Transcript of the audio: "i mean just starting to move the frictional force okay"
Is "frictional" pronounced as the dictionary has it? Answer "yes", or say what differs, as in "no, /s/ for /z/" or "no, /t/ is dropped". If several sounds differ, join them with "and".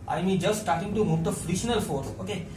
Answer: no, /k/ is dropped